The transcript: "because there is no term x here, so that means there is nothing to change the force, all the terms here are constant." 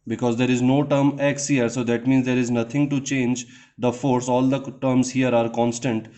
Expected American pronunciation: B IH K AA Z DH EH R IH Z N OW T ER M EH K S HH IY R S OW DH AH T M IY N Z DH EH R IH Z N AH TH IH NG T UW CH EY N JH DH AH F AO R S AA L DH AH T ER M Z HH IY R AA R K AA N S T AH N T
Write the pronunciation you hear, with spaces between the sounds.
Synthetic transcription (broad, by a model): B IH K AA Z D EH R IH Z N OW T ER M EH K S HH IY R S OW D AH T M IY N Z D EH R IH Z N AH T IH NG T UW CH EY N JH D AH F AO R S AA L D AH T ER M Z HH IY R AA R K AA N S T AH N T